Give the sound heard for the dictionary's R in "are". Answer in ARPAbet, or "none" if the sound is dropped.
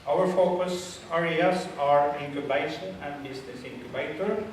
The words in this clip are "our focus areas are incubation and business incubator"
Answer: R